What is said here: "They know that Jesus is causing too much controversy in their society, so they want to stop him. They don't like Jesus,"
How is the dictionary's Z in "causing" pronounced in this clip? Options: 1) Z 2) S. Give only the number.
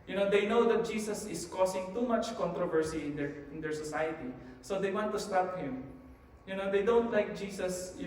2